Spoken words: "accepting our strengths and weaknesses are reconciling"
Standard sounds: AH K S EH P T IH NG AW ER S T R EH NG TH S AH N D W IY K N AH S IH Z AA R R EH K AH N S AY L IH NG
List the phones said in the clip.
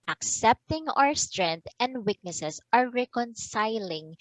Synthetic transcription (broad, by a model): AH K S EH P T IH NG AW ER S T R EH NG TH AH N D W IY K N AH S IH S AA R R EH K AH N S AY L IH NG